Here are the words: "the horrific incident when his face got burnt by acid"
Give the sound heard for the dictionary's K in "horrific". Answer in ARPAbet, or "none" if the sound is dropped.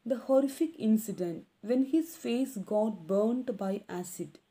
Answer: K